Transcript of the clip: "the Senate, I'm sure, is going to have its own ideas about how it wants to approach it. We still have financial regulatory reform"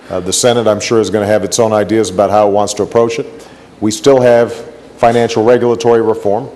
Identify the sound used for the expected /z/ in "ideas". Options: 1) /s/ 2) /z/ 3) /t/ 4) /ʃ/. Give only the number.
2